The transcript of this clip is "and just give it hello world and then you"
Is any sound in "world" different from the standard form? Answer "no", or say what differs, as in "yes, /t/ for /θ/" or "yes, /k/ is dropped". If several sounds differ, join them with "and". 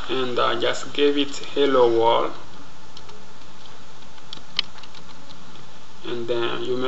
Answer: yes, /d/ is dropped